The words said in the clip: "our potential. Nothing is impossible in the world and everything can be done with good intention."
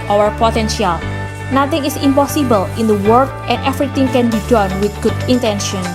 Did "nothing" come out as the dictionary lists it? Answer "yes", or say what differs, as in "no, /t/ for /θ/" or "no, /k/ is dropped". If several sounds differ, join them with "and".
no, /t/ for /θ/